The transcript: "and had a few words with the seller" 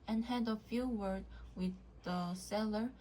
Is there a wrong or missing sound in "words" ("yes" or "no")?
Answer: yes